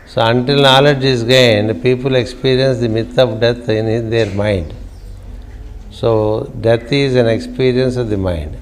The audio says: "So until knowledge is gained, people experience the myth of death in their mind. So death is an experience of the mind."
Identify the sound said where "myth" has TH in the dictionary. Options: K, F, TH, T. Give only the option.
T